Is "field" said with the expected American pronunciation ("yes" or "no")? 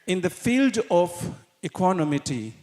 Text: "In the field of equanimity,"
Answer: yes